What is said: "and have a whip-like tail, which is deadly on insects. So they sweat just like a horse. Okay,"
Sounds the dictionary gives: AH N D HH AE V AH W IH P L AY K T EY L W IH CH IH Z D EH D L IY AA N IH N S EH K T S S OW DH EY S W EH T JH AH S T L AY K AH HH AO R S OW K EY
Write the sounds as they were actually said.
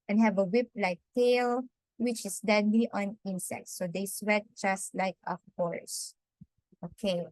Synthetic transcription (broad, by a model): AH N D HH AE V AH W IH P L AY K T EY L W IH CH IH S D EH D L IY AA N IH N S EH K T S S OW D EY S W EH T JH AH S T L AY K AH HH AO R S OW K EY